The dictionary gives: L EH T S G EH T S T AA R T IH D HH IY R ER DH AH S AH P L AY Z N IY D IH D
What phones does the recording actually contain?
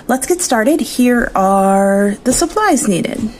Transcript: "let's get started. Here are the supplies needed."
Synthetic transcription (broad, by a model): L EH T S G EH T S T AA R T IH D HH IY R ER DH AH S AH P L AY Z N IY D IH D